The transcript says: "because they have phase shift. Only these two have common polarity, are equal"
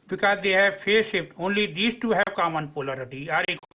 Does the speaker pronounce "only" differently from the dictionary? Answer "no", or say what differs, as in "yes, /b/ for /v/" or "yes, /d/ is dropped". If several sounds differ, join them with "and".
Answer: no